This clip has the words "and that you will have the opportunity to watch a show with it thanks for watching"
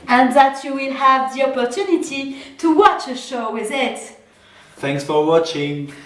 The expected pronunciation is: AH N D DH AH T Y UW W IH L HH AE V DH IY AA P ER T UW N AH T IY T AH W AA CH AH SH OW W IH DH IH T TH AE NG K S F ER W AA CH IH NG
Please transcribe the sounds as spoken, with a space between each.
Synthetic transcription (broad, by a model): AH N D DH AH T Y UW W IH L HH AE V DH IY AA P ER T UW N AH T IY T AH W AA CH AH SH OW W IH DH IH T TH AE NG K S F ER W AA CH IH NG